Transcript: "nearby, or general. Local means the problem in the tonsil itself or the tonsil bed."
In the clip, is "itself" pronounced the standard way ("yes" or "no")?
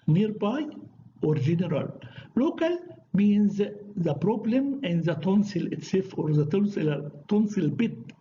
no